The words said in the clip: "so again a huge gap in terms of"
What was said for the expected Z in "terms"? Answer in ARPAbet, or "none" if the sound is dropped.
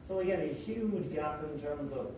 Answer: Z